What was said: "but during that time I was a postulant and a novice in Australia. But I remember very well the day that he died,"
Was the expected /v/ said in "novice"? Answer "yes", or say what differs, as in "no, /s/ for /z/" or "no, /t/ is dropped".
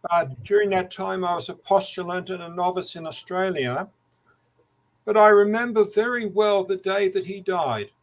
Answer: yes